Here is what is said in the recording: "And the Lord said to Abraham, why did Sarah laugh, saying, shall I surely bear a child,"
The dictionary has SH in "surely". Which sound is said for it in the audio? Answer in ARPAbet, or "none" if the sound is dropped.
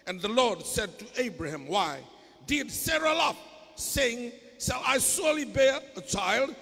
S